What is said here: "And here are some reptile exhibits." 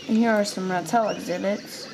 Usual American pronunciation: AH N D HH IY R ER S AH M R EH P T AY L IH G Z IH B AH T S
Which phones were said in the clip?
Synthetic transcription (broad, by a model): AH N HH IY R ER S AH M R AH T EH L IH G Z IH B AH T S